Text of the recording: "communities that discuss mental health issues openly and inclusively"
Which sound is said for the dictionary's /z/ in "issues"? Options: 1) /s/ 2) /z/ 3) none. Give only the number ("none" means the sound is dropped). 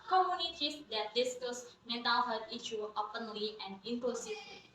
3